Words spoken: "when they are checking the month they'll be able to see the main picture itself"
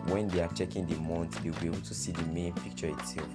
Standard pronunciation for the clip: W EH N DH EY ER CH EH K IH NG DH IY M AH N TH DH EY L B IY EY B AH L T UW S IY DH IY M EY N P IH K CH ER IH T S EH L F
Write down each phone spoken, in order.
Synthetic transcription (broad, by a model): W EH N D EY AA CH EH K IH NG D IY M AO N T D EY W B IY EY B AH L T UW S IY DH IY M EY N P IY K CH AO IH T S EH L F